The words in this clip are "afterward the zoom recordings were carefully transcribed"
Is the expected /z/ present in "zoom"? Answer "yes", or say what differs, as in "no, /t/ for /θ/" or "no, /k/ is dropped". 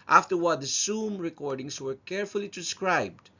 no, /s/ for /z/